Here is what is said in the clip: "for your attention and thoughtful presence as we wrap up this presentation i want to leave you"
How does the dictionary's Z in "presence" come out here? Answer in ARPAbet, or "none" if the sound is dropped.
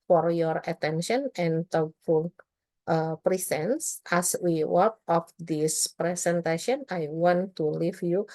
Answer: S